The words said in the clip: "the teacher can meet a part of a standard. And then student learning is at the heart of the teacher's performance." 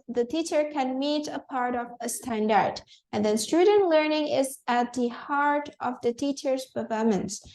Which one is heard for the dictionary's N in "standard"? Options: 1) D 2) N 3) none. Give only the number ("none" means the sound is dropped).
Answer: 2